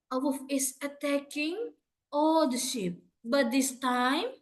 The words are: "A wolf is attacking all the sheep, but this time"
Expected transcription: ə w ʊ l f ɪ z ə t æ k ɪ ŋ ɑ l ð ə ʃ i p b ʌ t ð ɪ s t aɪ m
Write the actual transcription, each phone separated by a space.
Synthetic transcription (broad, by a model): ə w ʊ f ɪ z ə t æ k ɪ ŋ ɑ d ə ʃ i p b ʌ t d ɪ s t aɪ m